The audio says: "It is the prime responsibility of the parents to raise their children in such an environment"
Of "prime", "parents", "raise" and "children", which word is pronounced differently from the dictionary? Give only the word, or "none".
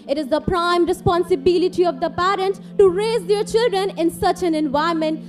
parents